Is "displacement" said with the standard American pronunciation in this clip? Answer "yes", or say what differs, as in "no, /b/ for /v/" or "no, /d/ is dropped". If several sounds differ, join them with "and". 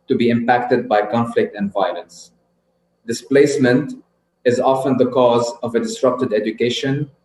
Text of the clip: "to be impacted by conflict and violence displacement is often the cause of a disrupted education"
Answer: yes